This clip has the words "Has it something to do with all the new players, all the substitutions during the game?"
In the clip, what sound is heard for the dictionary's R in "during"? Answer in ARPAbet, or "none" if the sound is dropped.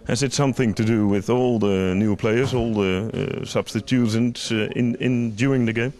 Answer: none